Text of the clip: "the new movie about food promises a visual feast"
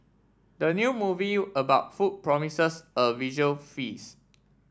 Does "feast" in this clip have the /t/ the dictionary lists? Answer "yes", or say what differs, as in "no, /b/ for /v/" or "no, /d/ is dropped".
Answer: no, /t/ is dropped